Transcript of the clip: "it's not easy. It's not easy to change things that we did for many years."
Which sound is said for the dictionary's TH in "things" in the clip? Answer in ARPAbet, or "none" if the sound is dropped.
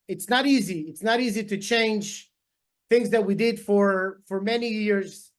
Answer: TH